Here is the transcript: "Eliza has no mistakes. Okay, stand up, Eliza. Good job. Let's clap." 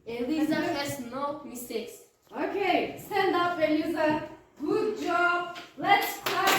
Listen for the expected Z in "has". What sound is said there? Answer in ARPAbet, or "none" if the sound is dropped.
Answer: S